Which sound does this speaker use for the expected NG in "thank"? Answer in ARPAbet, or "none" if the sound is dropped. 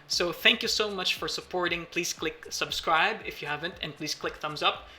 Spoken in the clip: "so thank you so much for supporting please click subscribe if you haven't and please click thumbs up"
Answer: NG